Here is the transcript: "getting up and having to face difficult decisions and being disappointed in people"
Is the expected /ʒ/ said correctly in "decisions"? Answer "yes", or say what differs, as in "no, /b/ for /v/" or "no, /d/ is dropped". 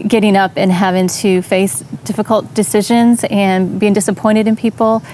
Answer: yes